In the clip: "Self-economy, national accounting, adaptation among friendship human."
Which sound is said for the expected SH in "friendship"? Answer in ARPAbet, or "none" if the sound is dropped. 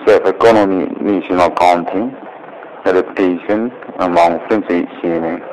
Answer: S